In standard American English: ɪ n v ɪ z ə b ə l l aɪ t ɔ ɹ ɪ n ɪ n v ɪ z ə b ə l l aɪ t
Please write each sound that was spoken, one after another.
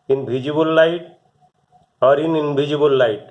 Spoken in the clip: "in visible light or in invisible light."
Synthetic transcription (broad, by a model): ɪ n b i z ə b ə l l aɪ t ɔ ɹ ɪ n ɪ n b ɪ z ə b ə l l aɪ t